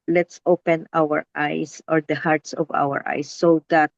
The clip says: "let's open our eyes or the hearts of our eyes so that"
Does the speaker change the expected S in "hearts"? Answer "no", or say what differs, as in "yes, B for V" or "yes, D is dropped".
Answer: no